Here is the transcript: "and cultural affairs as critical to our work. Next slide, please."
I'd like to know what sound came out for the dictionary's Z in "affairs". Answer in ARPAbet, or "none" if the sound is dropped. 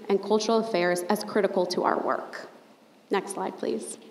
Z